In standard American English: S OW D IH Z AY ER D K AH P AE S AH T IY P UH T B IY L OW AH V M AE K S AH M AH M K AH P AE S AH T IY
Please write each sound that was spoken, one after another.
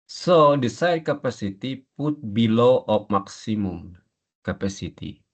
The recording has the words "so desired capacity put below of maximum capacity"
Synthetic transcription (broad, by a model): S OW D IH S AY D K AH P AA S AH T IY P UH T B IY L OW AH P M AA K S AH M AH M K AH P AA S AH T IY